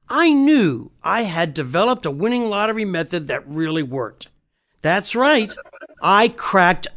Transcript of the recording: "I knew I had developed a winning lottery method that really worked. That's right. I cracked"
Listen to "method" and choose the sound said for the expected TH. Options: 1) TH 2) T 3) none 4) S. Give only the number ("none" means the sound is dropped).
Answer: 1